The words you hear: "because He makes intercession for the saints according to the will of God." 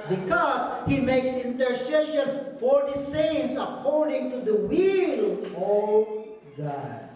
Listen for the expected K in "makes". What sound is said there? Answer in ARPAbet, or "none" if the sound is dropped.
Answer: K